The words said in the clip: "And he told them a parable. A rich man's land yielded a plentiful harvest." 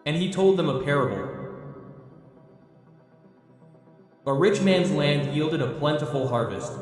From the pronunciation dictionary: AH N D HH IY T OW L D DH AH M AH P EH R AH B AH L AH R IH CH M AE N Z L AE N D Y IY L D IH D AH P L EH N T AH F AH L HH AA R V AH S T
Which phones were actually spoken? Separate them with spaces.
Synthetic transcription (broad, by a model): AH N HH IY T OW L D DH AH M AH P EH R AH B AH L AH R IH CH M AE N Z L AE N D Y IY L D IH D AH P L EH N T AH F L HH AA R V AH S T